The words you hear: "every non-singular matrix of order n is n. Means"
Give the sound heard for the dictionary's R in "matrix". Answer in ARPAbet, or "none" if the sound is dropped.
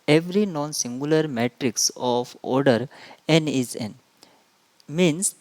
R